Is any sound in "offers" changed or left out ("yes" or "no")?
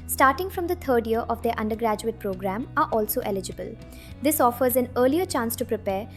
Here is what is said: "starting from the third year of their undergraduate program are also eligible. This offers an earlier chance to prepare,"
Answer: no